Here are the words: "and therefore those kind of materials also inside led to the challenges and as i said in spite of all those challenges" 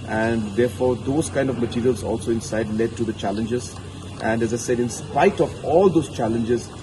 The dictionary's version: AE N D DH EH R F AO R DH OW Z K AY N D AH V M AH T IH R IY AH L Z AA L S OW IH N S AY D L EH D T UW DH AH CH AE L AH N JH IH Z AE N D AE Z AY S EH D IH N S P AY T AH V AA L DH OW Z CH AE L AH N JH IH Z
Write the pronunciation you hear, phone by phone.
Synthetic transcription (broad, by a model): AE N D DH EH R F AO R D OW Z K AY N D AH V M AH T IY R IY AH L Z AA L S OW IH N S AY D L EH D T UW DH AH CH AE L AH N JH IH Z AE N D AE Z AY S EH D IH N S P AY T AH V AA L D OW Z CH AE L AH N JH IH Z